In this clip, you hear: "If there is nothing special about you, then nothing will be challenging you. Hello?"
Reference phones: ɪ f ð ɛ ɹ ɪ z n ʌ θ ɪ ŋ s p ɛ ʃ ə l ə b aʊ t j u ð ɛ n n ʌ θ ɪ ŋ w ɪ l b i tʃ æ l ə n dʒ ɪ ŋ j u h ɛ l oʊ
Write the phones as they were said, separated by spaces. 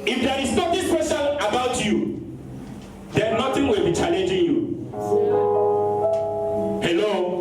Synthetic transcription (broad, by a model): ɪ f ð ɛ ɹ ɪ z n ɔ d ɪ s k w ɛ s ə n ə b aʊ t j u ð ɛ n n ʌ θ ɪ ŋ w ɪ l b i tʃ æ l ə n dʒ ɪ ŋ j u h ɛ l oʊ